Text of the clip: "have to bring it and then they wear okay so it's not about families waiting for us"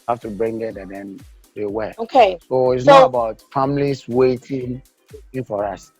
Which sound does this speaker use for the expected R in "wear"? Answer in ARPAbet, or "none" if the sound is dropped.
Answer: L